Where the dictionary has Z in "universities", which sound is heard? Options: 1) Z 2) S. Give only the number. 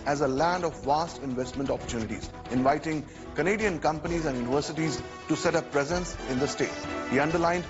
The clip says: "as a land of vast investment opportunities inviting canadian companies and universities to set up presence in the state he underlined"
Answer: 1